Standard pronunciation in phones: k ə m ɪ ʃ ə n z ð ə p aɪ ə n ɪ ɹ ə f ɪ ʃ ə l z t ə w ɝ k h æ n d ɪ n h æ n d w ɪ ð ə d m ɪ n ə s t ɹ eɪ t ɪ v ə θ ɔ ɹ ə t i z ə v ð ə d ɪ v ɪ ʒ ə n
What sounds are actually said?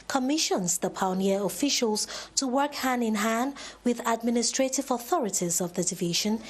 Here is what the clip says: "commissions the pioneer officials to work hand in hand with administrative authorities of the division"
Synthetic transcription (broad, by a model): k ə m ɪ ʃ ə n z ð ə p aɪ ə n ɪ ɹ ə f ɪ ʃ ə l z t ə w ɝ k h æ n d ɪ n h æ n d w ɪ ð ə d m ɪ n ə s t ɹ eɪ t ɪ v ə θ ɔ ɹ ə t i z ə v ð ə d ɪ v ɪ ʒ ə n